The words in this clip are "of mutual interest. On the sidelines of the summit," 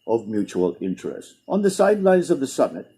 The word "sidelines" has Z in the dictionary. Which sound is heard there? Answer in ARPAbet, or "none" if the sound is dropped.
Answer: Z